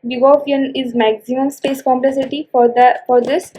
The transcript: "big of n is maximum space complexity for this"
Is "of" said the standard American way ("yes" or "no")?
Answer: no